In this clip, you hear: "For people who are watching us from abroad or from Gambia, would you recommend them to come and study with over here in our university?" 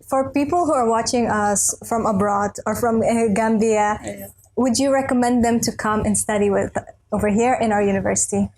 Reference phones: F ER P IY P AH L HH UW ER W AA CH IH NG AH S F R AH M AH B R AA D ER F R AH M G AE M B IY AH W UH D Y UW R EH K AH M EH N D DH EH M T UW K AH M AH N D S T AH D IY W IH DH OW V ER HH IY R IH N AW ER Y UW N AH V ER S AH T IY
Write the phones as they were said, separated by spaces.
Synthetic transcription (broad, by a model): F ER P IY P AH L HH UW ER W AA CH IH NG AH S F R AH M AH B R AA D ER F R AH M G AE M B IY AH W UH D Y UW R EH K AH M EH N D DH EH M T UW K AH M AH N S T AH D IY W IH DH OW V ER HH IY R IH N AW ER Y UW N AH V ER S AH T IY